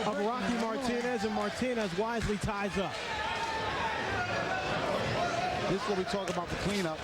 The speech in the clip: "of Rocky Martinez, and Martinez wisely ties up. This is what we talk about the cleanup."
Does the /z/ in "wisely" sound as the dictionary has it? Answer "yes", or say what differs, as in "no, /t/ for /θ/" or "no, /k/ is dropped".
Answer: yes